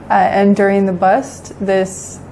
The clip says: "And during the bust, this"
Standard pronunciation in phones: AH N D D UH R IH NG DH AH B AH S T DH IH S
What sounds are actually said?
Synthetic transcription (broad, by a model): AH N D D UH R IH NG DH AH B AH S T DH IH S